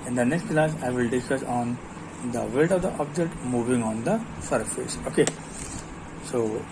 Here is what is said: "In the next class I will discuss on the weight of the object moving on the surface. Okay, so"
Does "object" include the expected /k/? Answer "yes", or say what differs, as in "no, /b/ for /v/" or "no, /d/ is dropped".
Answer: yes